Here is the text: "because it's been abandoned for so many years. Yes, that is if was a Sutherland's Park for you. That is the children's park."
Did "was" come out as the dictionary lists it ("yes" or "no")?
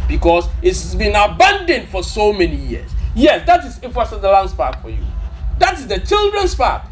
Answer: no